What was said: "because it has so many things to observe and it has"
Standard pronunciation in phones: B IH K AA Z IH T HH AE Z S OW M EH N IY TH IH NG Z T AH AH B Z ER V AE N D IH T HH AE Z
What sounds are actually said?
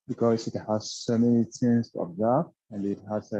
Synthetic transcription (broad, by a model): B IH K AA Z IH T HH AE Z S OW M EH N IY T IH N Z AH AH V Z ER F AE N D IH T HH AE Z